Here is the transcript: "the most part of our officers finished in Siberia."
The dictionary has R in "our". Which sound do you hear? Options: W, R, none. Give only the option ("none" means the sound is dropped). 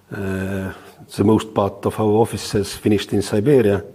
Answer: W